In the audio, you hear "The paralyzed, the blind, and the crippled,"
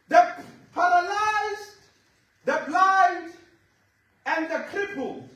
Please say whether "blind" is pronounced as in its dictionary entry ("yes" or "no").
no